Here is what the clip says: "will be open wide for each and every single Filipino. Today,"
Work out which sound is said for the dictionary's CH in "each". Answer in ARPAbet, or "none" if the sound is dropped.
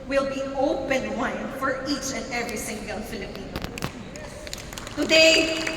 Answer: CH